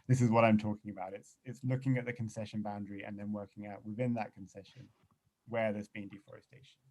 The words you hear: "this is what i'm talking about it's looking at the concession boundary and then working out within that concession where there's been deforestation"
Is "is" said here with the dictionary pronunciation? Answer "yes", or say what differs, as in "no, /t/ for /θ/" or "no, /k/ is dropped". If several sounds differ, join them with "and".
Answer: yes